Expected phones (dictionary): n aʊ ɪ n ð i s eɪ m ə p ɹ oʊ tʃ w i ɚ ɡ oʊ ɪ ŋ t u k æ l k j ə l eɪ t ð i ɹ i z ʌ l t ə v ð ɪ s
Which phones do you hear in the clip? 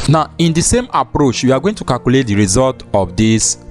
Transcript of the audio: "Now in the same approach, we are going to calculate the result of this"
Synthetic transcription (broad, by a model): n aʊ ɪ n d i s eɪ m ə p ɹ oʊ tʃ w i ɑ ɡ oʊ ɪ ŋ t u k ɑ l k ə l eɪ t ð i ɹ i z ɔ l t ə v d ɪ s